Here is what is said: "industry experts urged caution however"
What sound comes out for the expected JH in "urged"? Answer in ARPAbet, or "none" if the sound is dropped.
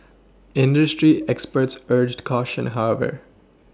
JH